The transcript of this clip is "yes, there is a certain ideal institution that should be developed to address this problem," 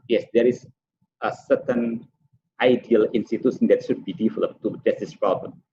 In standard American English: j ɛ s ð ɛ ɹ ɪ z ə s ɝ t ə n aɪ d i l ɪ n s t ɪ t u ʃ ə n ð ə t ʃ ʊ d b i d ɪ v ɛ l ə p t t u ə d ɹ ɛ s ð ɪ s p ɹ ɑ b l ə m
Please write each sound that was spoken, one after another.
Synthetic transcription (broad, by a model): j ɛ s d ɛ ɹ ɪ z ə s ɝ t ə n aɪ d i l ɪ n s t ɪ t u s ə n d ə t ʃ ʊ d b i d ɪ f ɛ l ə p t t u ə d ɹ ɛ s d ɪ s p ɹ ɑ b l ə m